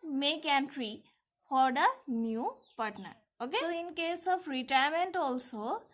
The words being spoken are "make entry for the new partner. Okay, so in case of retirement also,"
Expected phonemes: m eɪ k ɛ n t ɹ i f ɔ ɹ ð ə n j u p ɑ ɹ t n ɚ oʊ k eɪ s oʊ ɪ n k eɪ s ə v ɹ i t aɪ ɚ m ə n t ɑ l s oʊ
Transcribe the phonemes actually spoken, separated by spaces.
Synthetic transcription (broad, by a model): m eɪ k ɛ n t ɹ i f ɔ ɹ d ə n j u p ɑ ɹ t n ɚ oʊ k eɪ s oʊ ɪ n k eɪ s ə p ɹ i t aɪ ɚ m ə n t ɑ l s oʊ